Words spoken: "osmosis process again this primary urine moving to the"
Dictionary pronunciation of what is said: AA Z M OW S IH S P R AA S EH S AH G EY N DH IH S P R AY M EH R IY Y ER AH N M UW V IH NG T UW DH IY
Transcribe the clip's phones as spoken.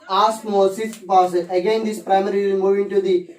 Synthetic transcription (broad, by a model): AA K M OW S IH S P AA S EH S AH G EY N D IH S P R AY M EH R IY M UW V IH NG T UW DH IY